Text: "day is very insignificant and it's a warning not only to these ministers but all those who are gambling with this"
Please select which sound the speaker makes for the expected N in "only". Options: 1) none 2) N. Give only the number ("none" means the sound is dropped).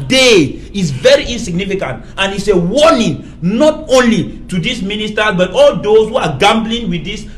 2